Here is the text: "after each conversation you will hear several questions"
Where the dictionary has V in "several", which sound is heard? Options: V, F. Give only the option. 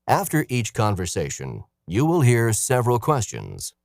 V